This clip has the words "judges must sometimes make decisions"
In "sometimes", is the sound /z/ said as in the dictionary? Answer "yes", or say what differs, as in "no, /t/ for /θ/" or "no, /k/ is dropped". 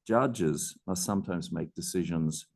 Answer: yes